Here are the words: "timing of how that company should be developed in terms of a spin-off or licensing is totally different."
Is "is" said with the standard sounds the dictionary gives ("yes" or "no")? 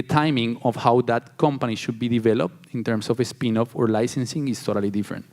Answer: no